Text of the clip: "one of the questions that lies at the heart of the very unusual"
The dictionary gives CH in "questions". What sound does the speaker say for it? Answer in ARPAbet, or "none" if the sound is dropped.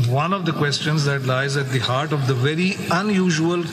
CH